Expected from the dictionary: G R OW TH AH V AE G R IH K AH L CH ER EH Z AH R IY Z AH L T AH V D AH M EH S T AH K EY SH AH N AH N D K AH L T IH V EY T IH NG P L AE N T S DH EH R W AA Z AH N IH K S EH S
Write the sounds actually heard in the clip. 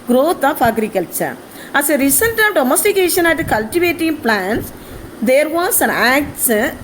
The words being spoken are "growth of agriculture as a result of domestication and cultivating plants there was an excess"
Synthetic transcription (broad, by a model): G R OW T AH F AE G R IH K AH L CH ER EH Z AH R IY S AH N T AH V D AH M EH S T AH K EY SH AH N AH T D K AH L T IH V EY T IH NG P L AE N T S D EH R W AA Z AH N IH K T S